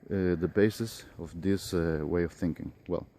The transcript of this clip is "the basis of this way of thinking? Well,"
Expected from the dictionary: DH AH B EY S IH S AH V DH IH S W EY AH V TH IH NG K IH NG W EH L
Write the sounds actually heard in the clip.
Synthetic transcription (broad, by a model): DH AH B EY S IH S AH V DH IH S W EY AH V TH IH NG K IH NG W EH L